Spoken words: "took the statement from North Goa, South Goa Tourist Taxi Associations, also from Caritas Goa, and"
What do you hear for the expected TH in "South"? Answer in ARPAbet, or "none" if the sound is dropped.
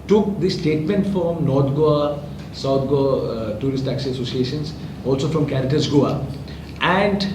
T